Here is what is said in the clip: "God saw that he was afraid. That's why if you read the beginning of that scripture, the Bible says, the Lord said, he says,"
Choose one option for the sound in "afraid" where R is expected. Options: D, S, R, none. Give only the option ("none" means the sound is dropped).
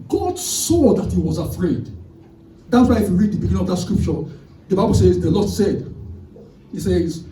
R